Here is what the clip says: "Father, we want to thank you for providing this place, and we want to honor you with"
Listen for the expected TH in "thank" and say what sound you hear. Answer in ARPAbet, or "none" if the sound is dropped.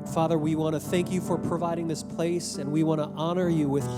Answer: TH